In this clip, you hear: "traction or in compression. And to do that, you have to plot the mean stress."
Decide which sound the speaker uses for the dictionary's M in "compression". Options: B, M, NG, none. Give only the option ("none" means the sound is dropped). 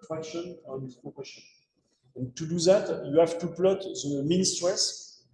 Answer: none